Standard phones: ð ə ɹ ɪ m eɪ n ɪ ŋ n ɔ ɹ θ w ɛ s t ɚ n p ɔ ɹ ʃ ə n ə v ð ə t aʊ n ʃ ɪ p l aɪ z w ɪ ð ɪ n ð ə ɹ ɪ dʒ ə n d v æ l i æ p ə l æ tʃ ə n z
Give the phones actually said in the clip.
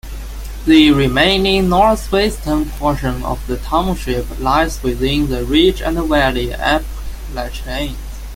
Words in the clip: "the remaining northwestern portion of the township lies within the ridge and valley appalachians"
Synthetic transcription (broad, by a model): ð ə ɹ ɪ m eɪ n ɪ ŋ n ɔ ɹ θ w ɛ s t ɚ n p ɔ ɹ ʃ ə n ə v ð ə t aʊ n ʃ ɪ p l aɪ z w ɪ ð ɪ n ð ə ɹ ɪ tʃ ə n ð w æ l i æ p l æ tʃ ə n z